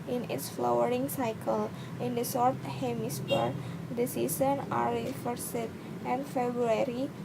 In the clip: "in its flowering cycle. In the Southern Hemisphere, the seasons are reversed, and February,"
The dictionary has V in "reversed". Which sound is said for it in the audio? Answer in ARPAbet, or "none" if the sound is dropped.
F